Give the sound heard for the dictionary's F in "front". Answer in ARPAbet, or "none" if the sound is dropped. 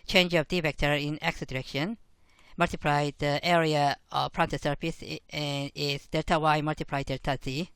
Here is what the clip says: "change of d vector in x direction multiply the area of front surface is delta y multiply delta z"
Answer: P